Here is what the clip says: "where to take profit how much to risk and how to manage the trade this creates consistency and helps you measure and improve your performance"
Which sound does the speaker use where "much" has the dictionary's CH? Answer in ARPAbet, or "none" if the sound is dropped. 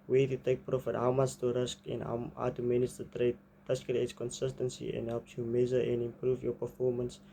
S